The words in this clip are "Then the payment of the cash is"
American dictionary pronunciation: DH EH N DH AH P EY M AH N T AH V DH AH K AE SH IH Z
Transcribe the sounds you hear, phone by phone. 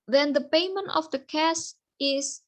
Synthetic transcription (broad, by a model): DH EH N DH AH P EY M AH N T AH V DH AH K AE S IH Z